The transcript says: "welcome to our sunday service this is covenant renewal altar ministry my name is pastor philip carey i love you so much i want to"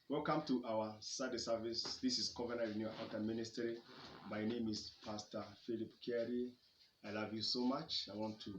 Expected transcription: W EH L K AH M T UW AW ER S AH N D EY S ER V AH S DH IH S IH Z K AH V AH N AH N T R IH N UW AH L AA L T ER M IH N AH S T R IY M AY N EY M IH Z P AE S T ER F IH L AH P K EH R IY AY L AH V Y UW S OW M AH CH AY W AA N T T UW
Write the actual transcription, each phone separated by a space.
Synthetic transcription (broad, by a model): W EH L K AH M T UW AW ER S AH D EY S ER V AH S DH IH S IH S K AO V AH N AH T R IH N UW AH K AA T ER M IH N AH S T R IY M AY N EY M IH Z P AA S T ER F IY L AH P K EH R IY AY L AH V Y UW S OW M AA CH AY W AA N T T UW